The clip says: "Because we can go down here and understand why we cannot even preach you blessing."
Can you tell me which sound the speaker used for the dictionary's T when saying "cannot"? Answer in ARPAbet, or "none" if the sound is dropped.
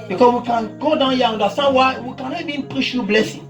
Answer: none